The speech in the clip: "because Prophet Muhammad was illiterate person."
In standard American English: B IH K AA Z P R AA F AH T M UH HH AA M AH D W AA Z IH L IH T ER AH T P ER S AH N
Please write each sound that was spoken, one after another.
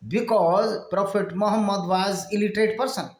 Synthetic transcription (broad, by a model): B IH K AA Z P R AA P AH T M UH HH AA M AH D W AA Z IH L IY T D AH T P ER S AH N